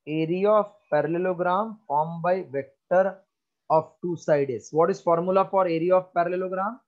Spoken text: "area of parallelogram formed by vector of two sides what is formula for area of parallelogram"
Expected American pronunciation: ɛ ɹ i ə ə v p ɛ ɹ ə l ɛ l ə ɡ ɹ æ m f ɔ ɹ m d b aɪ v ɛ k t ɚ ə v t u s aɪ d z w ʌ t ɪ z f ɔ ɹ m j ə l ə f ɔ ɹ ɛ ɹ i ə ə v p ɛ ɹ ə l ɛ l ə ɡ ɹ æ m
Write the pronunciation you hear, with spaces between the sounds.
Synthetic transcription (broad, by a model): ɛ ɹ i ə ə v p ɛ ɹ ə l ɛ l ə ɡ ɹ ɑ m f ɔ ɹ m b aɪ v ɛ k t ɚ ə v t u s aɪ d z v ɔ t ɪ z f ɔ ɹ m j ə l ə f ɔ ɹ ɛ ɹ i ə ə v p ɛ ɹ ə l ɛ l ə ɡ ɹ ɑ m